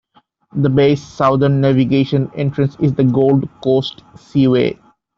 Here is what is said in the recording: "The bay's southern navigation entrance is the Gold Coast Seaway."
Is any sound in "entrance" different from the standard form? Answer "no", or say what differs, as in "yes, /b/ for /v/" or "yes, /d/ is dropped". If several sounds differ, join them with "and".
no